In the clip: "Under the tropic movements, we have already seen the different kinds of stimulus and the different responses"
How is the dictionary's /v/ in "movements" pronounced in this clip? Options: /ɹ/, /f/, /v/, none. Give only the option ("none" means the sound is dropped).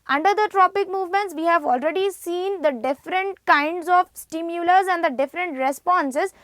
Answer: /v/